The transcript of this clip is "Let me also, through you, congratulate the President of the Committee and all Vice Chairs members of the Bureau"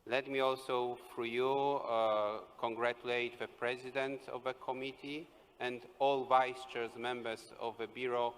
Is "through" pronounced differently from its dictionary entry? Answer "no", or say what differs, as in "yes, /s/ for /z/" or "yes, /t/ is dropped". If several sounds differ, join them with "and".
yes, /f/ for /θ/